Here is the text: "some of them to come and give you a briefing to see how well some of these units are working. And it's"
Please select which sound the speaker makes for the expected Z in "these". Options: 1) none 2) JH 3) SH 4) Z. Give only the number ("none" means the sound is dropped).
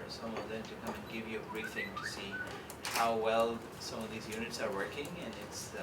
4